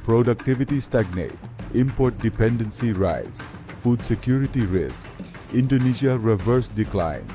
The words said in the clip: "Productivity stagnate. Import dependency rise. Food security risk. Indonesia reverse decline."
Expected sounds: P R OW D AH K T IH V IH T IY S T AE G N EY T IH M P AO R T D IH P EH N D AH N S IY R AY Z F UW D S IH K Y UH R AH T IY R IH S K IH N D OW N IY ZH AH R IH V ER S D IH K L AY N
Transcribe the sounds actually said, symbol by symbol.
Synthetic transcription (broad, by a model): P R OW D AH K T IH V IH T IY S T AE G N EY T IH M P AO R T D IH P EH N D AH N S IY R AY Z F UW D S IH K Y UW R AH T IY R IH S K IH N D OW N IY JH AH R IH V ER S D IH K L AY N